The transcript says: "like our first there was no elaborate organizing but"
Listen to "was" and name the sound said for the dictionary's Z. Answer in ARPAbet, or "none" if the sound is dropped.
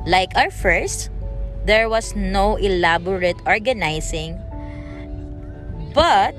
S